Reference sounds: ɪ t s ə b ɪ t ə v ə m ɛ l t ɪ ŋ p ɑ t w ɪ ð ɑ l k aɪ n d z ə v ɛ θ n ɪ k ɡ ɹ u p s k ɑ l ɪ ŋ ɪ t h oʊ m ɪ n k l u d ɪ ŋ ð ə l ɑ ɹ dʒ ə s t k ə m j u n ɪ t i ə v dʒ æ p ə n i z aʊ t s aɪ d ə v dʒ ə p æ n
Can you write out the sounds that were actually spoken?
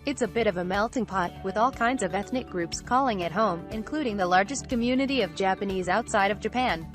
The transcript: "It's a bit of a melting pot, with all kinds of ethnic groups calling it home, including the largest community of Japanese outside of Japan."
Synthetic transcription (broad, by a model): ɪ t s ə b ɪ t ə v ə m ɛ l t ɪ ŋ p ɑ t w ɪ ð ɑ l k aɪ n d z ə v ɛ θ n ɪ k ɡ ɹ u p s k ɑ l ɪ ŋ ɪ t h oʊ m ɪ n k l u d ɪ ŋ ð ə l ɑ ɹ dʒ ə s k ə m j u n ɪ t i ə v dʒ æ p ə n i z aʊ t s aɪ d ə v dʒ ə p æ n